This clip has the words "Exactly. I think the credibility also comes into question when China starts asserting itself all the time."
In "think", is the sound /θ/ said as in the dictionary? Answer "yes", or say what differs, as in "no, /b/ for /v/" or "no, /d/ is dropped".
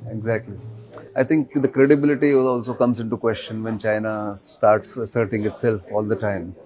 no, /t/ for /θ/